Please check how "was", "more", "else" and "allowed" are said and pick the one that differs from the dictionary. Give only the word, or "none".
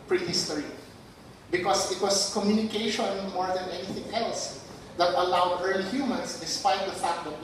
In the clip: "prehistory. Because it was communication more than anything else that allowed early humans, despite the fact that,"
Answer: was